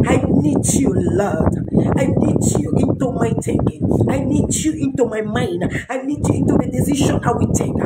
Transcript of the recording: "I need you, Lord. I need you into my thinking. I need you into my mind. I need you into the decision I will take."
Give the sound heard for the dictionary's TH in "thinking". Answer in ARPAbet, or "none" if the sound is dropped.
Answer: T